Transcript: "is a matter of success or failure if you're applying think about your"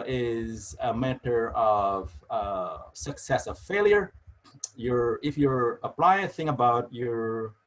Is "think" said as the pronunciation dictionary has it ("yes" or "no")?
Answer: no